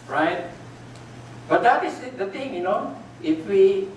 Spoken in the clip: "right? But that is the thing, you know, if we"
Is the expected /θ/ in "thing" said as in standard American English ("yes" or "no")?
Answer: no